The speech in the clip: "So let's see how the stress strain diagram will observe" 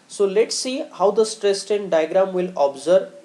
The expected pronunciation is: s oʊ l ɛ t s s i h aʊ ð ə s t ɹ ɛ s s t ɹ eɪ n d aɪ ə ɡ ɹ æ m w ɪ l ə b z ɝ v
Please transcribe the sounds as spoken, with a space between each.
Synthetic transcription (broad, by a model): s oʊ l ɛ t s s i h aʊ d ə s t ɹ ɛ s s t eɪ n d aɪ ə ɡ ɹ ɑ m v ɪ l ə b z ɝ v